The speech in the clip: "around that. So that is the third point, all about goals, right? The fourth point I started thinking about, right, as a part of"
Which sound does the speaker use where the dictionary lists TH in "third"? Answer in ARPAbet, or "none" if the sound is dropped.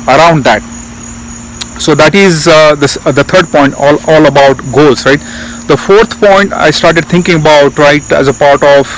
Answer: S